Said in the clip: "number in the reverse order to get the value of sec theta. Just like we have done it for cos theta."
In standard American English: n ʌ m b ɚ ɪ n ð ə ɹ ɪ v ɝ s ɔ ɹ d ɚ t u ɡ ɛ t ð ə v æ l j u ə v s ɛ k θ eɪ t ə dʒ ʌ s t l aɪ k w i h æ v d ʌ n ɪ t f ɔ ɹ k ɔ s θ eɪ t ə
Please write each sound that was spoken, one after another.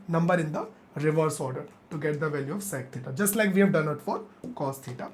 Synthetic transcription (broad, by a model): n ʌ m b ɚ ɪ n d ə ɹ ɪ v ɝ s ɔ ɹ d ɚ t u ɡ ɛ t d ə v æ l j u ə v s ɛ k t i t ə dʒ ʌ s t l aɪ k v i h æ v d ʌ n ɪ t f ɔ ɹ k ɔ s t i t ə